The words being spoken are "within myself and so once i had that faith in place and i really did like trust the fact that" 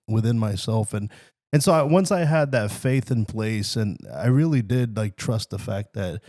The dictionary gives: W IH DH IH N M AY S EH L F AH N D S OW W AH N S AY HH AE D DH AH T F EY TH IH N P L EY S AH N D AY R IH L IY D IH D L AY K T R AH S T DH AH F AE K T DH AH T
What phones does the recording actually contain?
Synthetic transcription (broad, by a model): W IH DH IH N M AY S EH L F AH N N S OW W AH N S AY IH D DH AH T F EY TH IH N P L EY S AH N AY R IH L IY D IH D L AY K T R AH S T DH AH F AE K T DH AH T